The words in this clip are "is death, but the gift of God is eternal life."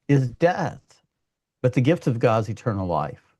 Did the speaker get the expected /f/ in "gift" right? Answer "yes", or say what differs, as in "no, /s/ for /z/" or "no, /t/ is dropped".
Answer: yes